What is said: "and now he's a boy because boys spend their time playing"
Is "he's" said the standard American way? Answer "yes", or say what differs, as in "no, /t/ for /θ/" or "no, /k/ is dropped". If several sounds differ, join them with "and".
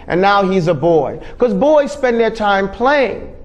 yes